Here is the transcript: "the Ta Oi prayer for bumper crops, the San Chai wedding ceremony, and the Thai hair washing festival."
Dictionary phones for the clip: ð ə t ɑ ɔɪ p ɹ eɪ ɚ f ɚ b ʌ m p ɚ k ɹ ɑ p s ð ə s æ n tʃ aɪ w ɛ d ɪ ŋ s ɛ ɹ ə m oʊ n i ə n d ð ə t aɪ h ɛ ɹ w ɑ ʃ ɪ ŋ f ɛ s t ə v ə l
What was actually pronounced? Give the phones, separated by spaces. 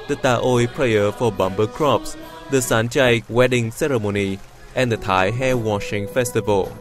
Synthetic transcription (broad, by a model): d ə t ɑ ɔɪ p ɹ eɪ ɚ f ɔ b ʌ m b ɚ k ɹ ɑ p s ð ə s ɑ n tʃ aɪ w ɛ d ɪ ŋ s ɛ ɹ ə m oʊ n i ə n d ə t aɪ h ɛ w ɑ ʃ ɪ ŋ f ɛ s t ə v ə l